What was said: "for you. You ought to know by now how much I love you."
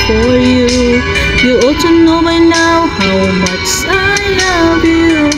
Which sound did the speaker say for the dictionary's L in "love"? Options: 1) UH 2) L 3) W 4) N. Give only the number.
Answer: 4